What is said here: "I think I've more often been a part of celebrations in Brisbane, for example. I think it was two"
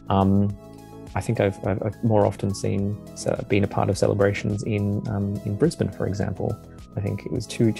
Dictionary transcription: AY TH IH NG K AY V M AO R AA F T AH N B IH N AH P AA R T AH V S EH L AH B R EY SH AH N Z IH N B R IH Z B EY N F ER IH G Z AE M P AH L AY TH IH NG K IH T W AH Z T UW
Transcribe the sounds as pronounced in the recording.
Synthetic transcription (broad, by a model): AY TH IH NG K AY V M AO R AA F S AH N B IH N AH P AA R T AH V S EH L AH B R EY SH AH N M IH N B R IH Z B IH N F ER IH G Z AE M P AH L AY TH IH NG K IH T W AH Z T UW